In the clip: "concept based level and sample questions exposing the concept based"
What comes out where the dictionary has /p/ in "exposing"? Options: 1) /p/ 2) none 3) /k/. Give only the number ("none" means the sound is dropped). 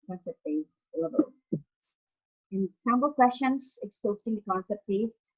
2